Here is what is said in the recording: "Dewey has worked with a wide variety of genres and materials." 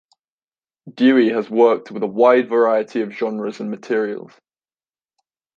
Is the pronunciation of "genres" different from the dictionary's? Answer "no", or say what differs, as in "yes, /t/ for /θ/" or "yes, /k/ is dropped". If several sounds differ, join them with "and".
no